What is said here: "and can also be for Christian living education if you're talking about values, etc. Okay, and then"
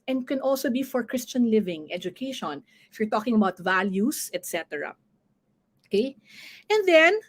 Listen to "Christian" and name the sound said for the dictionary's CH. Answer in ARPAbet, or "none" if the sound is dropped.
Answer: CH